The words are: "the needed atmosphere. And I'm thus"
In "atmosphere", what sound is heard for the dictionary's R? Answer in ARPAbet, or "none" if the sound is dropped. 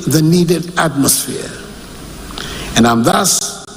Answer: R